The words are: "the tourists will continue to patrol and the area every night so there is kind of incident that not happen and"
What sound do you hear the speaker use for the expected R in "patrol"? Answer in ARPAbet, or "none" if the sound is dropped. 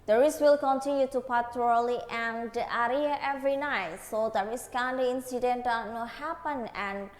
L